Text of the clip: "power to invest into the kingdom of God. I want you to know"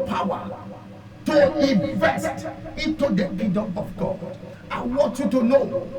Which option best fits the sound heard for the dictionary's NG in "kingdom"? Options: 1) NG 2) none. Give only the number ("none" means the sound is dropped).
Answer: 2